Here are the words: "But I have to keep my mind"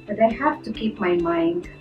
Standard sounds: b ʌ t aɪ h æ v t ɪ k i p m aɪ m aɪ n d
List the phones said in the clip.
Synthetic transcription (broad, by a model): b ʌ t aɪ h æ f t ɪ k i p m aɪ m aɪ n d